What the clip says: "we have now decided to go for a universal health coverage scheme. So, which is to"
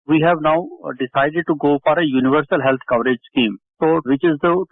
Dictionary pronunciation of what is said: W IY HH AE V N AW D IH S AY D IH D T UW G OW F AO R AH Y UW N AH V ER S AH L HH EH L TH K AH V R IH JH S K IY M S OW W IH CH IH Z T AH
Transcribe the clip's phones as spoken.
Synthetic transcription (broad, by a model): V IY HH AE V N AW D IH S AY D IH D T UW G OW F AO R AH Y UW N AH V ER S AH L HH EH L T K AH V R IH JH S K IY M S OW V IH CH IH Z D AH